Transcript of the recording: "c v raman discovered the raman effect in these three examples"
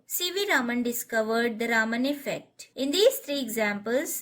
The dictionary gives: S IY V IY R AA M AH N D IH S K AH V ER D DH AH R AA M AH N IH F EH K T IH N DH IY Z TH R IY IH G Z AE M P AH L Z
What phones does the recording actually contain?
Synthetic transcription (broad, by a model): S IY V IY R AA M AH N D IH S K AH V ER D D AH R AA M AH N IH F EH K T IH N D IY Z T R IY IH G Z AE M P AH L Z